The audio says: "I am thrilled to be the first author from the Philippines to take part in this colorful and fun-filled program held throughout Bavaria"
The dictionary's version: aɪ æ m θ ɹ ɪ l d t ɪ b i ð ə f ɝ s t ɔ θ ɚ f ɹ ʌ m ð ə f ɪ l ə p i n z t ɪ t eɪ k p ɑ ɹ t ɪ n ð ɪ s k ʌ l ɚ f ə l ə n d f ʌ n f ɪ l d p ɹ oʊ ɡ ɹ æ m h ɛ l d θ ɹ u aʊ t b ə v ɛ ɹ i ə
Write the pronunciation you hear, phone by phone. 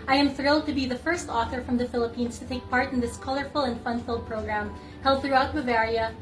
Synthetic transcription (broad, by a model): aɪ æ m θ ɹ ɪ l d t ɪ b i ð ə f ɝ s t ɔ θ ɚ f ɹ ʌ m ð ə f ɪ l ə p i n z t ɪ t eɪ k p ɑ ɹ t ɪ n ð ɪ s k ʌ l ɚ f ə l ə n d f ʌ n f ɪ l d p ɹ oʊ ɡ ɹ æ m h ɛ l d θ ɹ u aʊ t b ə v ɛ ɹ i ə